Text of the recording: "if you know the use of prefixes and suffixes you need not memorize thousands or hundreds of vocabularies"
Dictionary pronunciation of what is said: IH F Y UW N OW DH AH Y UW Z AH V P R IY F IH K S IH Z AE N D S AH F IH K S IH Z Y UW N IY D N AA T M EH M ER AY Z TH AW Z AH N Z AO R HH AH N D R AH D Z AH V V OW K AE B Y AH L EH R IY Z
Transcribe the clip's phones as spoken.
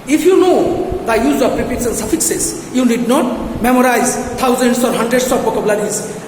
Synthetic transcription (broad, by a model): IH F Y UW N OW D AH Y UW Z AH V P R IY P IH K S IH N S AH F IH K S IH S Y UW N IY D N AA T M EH M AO AY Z T AW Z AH N S AO R HH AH N D R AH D S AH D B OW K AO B L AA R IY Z